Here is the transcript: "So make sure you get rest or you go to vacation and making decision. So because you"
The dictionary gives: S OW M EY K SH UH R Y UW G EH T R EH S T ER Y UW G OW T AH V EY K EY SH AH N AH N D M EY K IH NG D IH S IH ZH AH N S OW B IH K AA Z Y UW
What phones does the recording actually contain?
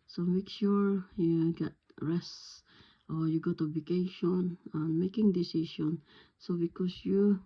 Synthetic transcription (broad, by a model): S OW M EY K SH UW R Y UW G EH T R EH S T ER Y UW G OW T AH B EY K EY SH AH N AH N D M EY K IH NG D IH S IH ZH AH N S OW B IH K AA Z Y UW